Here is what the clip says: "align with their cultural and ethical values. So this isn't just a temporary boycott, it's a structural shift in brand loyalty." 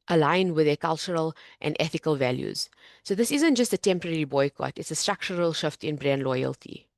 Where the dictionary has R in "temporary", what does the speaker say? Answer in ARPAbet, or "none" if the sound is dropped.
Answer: R